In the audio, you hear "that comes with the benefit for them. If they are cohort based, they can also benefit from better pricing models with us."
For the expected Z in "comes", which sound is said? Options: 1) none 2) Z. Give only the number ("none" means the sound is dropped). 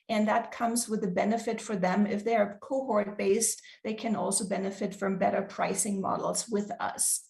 2